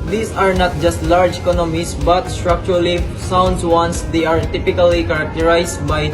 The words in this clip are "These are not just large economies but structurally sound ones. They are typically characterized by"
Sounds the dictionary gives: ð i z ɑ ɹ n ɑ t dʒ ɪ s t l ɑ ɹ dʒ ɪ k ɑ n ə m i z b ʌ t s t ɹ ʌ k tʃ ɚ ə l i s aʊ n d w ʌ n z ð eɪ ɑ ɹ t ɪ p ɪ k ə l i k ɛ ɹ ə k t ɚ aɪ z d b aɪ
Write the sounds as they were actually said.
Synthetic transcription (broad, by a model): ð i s ɑ ɹ n ɑ t dʒ ɪ s t l ɑ ɹ dʒ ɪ k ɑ n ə m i s b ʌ t s t ɹ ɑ k tʃ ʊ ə l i s aʊ n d w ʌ n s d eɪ ɑ ɹ t ɪ p ɪ k ə l i k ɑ ɹ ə k t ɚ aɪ s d b aɪ